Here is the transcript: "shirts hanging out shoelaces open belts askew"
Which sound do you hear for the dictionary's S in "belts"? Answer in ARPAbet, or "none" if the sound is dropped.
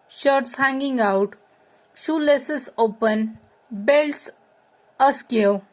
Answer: S